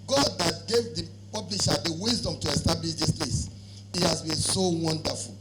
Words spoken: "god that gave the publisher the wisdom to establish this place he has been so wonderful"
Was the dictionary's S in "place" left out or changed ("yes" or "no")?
no